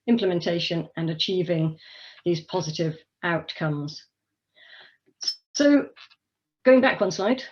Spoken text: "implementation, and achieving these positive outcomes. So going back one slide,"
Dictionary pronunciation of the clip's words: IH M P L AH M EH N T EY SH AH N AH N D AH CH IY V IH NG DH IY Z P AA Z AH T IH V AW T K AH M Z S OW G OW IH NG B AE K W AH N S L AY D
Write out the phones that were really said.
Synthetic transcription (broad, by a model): IH M P L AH M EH N T EY SH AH N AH N AH CH IY V IH NG DH IY Z P AA Z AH T IH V AW T K AH M Z S OW G OW IH NG B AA K W AH N S L AY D